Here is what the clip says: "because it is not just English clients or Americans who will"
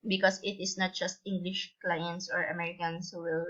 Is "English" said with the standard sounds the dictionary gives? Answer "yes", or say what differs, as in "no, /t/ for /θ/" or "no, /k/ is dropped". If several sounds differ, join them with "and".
yes